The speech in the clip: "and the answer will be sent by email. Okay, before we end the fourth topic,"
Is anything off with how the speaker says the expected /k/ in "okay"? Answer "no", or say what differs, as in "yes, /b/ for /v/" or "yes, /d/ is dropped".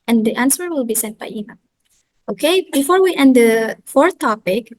no